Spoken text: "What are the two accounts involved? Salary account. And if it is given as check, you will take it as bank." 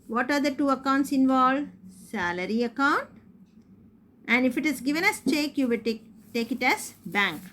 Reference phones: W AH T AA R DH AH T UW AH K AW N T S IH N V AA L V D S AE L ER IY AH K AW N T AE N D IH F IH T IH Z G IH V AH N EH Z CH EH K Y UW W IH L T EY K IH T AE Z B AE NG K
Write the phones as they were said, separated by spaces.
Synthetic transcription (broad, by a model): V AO T AA R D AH T UW AH K AW N T S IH N V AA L S AE L ER IY AH K AW N T AE N D IH F IH T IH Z G IH V AH N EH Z CH EH K Y UW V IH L T EY K IH T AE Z B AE NG K